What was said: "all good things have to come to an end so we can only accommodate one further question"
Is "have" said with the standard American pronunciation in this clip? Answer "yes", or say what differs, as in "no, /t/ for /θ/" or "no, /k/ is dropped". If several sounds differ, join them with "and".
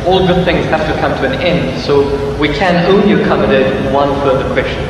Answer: no, /f/ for /v/